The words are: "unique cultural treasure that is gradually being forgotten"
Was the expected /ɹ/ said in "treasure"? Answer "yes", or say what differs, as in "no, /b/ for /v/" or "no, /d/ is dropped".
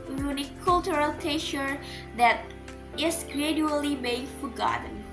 no, /ɹ/ is dropped